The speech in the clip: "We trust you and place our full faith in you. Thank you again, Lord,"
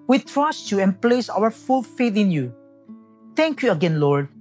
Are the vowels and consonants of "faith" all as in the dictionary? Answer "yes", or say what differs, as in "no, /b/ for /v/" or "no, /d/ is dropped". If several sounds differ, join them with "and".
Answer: no, /t/ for /θ/